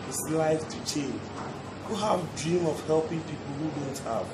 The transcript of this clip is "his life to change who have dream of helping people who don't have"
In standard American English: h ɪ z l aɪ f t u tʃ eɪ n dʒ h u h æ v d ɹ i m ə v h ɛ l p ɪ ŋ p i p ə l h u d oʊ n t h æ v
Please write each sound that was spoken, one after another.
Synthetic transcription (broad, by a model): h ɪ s l aɪ f t u tʃ eɪ n dʒ h u h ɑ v d ɹ i m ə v h ɛ l p ɪ ŋ p i p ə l h u d oʊ n t h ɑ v